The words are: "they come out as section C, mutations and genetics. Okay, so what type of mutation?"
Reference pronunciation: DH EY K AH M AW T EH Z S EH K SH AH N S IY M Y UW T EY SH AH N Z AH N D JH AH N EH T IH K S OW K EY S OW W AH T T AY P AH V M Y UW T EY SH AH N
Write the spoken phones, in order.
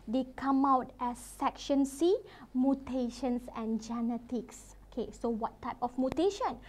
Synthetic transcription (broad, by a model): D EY K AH M AW T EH S EH K SH AH N S IY M Y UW T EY SH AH N S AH N JH AH N EH T IH K S OW K EY S OW W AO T T AY P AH F M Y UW T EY SH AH N